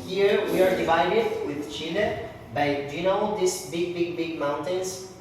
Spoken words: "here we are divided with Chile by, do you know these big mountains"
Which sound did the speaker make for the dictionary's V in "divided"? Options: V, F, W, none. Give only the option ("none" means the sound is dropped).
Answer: V